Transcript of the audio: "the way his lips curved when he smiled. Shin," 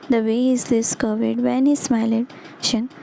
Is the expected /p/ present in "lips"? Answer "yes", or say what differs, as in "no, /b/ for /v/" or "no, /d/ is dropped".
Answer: no, /p/ is dropped